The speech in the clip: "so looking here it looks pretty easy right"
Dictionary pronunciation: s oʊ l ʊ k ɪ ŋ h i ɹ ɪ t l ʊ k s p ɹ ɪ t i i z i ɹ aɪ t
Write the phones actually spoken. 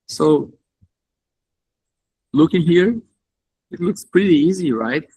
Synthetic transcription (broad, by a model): s oʊ l ʊ k ɪ ŋ h i ɹ ɪ t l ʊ k s p ɹ ɪ t i i z i ɹ aɪ t